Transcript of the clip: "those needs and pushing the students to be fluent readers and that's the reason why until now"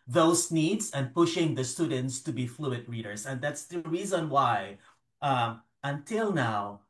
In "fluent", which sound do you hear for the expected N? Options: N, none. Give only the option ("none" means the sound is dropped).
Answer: none